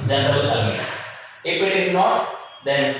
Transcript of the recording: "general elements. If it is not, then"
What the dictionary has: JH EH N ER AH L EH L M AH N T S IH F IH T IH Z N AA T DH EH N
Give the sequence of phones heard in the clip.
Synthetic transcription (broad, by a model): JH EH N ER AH L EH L AH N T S IH F IH T IH Z N AA T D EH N